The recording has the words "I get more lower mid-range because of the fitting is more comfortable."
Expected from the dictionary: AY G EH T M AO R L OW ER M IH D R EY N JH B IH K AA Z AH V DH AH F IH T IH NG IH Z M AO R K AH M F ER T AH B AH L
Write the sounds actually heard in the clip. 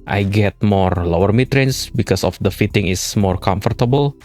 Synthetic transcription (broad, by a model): AY G EH T M AO R L OW ER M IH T R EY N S B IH K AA S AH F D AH F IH T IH NG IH S M AO R K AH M F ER T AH B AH L